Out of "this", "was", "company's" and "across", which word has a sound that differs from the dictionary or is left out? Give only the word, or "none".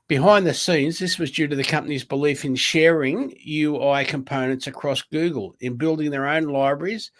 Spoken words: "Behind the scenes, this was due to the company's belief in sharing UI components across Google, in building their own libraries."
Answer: none